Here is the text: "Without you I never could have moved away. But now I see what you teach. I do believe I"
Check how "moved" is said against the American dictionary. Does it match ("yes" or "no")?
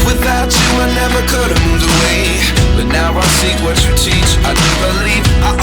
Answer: no